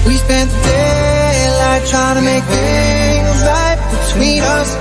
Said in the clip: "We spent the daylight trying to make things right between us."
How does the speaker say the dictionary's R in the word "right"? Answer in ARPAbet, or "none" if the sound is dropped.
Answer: L